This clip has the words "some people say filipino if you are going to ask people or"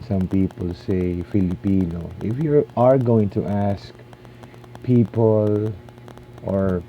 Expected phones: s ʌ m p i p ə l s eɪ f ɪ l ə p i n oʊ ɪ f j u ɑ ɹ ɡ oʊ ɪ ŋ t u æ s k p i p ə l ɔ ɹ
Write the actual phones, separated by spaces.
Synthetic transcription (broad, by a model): s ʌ m p i p ə l s eɪ f ɪ l ə p i n oʊ ɪ f j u ɑ ɹ ɡ oʊ ɪ ŋ t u æ s k p i p ə l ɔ ɹ